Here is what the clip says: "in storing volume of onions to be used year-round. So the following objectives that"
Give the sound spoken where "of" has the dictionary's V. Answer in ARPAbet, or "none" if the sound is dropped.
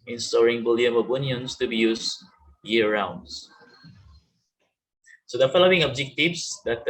B